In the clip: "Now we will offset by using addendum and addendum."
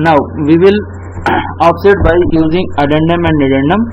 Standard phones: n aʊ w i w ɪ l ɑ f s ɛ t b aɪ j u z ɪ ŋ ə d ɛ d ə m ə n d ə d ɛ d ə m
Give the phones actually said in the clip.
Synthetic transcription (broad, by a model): n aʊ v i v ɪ l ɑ p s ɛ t b aɪ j u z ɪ ŋ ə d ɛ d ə m ə n d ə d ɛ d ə m